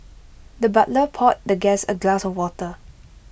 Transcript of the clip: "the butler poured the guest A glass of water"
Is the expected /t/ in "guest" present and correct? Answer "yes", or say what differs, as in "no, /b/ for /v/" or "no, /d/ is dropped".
no, /t/ is dropped